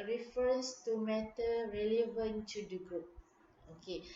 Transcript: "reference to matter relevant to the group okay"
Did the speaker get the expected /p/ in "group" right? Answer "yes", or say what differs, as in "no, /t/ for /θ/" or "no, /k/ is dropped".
yes